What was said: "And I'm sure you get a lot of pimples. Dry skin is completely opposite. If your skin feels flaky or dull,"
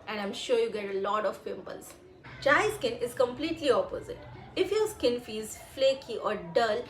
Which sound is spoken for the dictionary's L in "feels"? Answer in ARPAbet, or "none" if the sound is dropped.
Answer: none